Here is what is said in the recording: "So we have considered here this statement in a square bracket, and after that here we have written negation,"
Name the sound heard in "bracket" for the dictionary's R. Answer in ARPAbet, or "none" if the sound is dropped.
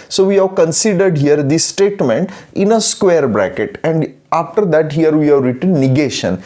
R